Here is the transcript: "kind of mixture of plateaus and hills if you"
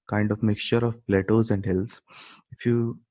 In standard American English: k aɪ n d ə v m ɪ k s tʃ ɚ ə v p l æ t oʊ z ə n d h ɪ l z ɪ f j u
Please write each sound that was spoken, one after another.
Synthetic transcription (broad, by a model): k aɪ n d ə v m ɪ k s tʃ ɚ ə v p l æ t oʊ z ə n d h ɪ l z ɪ f j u